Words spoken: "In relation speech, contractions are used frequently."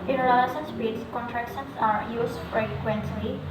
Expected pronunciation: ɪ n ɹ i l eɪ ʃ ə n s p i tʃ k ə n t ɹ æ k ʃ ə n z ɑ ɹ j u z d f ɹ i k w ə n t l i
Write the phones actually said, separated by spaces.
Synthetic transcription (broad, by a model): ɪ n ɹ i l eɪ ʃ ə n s b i s k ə n t ɹ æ k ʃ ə n s ɑ ɹ j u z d f ɹ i k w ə n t l i